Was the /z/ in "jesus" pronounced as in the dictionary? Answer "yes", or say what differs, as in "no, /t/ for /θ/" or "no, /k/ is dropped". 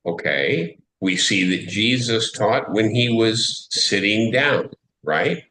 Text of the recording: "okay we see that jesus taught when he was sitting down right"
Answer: yes